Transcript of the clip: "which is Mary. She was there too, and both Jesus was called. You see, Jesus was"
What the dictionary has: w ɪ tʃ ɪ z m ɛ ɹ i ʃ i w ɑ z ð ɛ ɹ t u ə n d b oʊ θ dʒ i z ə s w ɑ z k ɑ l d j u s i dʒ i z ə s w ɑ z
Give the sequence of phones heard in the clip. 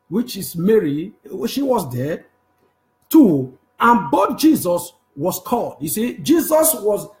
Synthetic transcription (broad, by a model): w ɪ tʃ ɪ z m ɛ ɹ i ʃ i w ɑ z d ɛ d t u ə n b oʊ t dʒ i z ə s w ɑ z k ɑ l d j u s i dʒ i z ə s w ɑ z